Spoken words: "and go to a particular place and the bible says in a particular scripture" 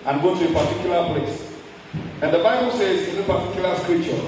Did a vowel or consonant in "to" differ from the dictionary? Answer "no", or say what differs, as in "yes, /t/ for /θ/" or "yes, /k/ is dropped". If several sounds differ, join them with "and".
no